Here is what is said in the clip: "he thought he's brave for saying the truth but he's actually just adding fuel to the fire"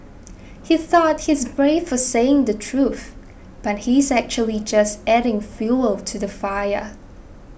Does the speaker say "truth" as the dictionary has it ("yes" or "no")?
yes